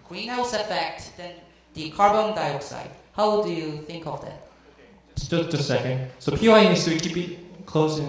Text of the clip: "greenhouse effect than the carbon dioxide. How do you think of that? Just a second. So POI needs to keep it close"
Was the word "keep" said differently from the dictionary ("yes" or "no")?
yes